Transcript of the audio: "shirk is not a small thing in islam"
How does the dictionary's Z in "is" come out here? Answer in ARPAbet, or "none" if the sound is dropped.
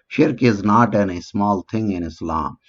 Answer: Z